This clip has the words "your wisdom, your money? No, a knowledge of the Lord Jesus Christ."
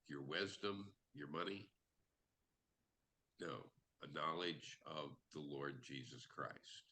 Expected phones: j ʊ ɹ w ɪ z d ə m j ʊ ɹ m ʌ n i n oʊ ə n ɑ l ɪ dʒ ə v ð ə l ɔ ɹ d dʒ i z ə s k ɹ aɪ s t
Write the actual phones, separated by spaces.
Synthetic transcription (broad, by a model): j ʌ ɹ w ɪ z d ə m j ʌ ɹ m ʌ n i n oʊ ə n ɑ l ɪ dʒ ə v ð ə l ɔ ɹ d dʒ i z ə s k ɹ aɪ s t